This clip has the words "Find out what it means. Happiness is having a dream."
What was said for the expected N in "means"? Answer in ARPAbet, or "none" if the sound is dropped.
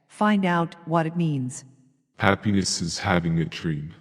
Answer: N